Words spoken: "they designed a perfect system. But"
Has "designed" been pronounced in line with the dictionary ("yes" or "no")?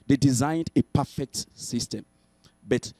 yes